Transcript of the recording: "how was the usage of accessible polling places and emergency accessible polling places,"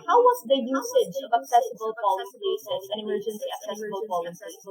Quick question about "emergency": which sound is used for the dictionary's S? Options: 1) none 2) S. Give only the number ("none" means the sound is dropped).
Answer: 1